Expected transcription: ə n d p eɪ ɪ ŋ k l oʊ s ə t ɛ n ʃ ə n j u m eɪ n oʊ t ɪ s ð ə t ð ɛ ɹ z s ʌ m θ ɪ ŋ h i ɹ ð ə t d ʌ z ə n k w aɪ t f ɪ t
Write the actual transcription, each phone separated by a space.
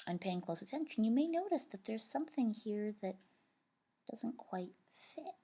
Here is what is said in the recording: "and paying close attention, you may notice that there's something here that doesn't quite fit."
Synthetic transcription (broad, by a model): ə n p eɪ ɪ ŋ k l oʊ s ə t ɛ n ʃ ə n j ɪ m eɪ n oʊ t ɪ s ð ə t ð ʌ ɹ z s ʌ m θ ɪ ŋ h i ɹ ð ə t d ʌ z ə n k w aɪ t f ɪ t